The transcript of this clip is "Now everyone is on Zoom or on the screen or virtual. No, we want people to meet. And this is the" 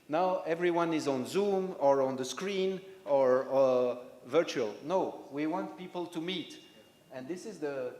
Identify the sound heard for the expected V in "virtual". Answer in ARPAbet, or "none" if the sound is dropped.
V